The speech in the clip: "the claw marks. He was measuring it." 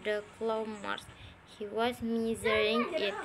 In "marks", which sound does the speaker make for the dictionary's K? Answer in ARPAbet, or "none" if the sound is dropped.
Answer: none